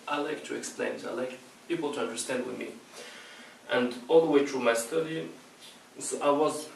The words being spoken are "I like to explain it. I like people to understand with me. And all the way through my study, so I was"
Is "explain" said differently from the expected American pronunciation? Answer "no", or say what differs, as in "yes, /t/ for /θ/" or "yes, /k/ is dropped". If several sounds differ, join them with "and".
no